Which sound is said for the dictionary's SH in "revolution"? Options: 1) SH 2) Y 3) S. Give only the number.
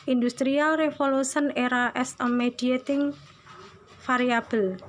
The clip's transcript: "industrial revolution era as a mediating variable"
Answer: 3